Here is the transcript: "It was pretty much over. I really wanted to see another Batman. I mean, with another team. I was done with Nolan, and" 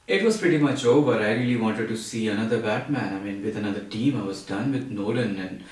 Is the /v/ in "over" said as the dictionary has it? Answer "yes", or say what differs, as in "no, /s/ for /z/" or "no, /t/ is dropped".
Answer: no, /b/ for /v/